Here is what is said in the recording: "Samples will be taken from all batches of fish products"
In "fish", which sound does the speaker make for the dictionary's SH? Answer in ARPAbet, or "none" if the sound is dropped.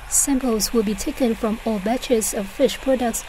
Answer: SH